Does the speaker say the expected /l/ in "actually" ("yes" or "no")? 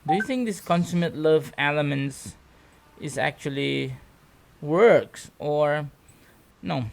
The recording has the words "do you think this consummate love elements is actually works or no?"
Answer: yes